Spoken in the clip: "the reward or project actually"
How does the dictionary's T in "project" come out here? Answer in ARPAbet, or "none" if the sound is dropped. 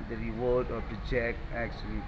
none